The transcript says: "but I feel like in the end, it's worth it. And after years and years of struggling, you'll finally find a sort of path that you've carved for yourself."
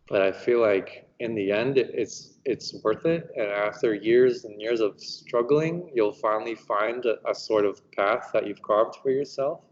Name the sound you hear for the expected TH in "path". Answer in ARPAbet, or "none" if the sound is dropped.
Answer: TH